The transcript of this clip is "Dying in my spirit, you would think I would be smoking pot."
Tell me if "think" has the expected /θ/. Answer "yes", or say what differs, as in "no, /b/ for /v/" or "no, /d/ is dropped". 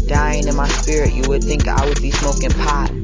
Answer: yes